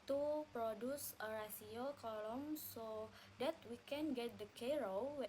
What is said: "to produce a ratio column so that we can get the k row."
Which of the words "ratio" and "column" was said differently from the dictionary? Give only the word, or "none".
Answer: ratio